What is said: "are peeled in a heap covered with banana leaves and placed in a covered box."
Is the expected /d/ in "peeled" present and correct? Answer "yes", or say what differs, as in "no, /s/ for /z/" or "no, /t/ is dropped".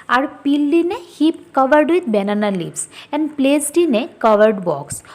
no, /d/ is dropped